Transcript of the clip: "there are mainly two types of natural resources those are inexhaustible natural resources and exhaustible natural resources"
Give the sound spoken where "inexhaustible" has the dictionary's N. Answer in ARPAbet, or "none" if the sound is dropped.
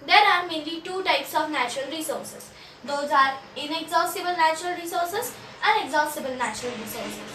N